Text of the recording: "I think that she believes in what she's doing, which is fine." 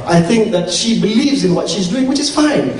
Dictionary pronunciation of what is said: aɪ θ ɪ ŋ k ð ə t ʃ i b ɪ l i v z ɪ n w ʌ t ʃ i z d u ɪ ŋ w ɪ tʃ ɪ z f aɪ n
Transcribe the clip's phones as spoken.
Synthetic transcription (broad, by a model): aɪ θ ɪ ŋ k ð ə t ʃ i b ɪ l i v z ɪ n w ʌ t ʃ i z d u ɪ ŋ w ɪ tʃ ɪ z f aɪ n